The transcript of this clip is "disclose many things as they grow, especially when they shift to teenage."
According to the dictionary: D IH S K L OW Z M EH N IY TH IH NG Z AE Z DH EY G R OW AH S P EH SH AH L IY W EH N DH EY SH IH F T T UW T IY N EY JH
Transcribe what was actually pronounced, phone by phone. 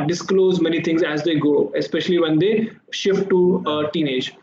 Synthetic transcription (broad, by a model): D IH S K L OW Z M EH N IY T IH NG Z AE Z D EY G OW AH S P EH SH AH L IY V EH N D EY SH IH F T T UW T IY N EY JH